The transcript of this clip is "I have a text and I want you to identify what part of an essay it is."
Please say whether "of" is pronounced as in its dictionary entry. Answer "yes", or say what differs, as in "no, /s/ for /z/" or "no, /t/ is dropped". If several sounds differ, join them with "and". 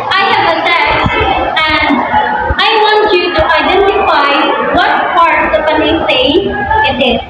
no, /p/ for /v/